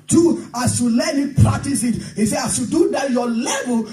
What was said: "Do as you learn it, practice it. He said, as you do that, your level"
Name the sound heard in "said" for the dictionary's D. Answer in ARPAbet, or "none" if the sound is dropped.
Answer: none